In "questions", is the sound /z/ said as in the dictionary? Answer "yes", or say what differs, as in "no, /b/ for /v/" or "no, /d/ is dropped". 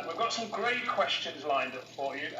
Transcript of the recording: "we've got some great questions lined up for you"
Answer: yes